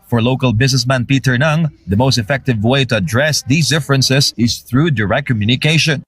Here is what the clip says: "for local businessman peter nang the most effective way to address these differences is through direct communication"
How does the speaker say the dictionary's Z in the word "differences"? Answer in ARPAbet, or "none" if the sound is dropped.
S